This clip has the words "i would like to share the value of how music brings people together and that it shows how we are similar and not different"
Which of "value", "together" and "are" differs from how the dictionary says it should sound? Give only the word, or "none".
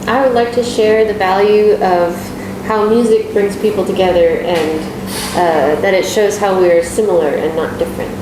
none